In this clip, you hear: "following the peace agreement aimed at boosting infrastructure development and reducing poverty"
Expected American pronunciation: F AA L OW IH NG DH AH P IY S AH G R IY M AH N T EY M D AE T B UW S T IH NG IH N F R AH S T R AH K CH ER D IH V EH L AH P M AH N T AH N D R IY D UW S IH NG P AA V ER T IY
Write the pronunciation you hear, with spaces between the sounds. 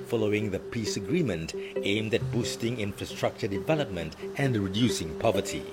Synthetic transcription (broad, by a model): F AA L OW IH NG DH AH P IY S AH G R IY M AH N T EY M D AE T B UW S T IH NG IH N F R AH S T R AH K CH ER D IH V EH L AH P M AH N T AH N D R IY D UW S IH NG P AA V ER T IY